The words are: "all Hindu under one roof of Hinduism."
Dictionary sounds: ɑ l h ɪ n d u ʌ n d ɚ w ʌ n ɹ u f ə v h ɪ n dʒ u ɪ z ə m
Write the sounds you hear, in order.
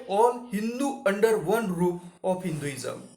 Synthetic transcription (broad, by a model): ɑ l h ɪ n d u ʌ n d ɚ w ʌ n ɹ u ə f h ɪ n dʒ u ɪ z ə m